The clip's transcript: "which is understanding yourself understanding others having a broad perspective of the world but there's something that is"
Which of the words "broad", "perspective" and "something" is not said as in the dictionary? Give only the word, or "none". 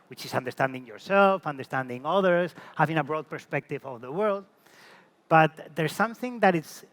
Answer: none